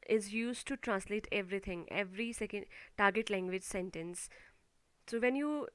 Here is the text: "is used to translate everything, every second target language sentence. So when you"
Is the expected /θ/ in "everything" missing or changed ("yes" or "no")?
yes